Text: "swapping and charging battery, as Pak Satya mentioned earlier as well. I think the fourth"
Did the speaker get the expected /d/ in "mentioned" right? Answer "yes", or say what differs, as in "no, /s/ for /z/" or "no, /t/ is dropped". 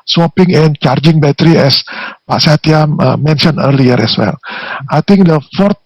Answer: no, /d/ is dropped